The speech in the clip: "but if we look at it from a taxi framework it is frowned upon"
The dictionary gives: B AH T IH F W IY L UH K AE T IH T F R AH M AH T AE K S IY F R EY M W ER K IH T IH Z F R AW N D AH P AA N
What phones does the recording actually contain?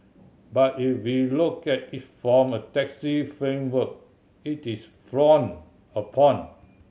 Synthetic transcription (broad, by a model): B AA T IH F W IY L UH K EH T IH T F R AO M AH T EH K S IY F R EY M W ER K IH T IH S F R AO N AH P AA N